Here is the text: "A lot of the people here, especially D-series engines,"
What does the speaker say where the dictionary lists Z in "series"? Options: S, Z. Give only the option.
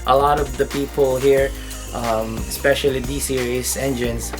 S